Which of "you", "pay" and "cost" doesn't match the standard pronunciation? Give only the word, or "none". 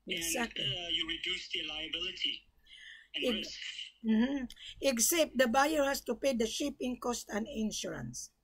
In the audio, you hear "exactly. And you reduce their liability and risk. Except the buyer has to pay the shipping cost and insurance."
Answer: none